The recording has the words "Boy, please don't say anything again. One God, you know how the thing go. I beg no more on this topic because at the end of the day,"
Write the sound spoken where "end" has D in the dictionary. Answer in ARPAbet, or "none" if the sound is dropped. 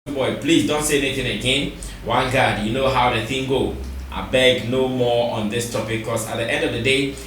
D